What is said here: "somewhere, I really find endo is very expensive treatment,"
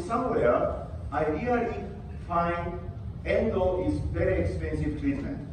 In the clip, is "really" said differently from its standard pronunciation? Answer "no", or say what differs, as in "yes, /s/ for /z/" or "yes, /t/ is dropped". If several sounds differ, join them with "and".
yes, /l/ is dropped